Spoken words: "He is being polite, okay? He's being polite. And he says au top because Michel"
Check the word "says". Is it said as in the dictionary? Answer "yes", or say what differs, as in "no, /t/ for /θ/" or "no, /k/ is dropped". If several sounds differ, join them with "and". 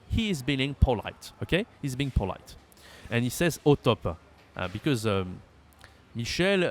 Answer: yes